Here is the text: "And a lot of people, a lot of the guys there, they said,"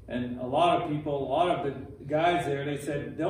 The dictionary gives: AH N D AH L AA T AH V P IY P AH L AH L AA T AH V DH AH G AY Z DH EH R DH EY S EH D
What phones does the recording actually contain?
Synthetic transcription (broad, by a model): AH N AH L AA T AH V P IY P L L AA T AH V DH AH G AY Z DH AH R DH EY S EH D